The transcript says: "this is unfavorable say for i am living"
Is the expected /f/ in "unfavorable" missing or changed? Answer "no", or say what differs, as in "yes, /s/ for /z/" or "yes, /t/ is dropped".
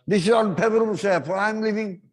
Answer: yes, /p/ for /f/